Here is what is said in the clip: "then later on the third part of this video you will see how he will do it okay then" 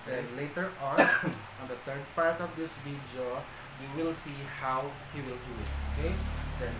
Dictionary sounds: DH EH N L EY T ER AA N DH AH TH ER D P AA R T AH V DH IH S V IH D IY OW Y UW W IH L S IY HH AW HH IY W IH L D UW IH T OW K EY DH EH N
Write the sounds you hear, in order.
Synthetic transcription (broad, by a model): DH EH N L EY T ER AA N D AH T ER D P AA R T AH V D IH S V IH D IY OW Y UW W IH L S IY HH AW HH IY W IH L D UW IH T OW K EY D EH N